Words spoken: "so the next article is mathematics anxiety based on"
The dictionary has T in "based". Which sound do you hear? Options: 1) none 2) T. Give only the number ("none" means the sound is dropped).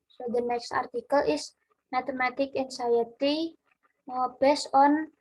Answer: 1